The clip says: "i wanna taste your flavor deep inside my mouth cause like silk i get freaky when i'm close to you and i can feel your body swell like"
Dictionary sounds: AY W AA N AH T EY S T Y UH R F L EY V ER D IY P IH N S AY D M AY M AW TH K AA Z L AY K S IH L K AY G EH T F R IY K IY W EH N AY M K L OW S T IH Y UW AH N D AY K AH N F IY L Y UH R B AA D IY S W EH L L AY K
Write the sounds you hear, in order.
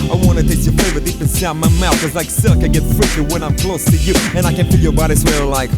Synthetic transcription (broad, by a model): AY W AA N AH T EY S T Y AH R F EY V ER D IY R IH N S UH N M AY M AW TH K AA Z L AY K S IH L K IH G EH T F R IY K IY W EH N AY M K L OW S T IH Y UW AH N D AY K AH N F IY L Y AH R B AA D IY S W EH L L AY K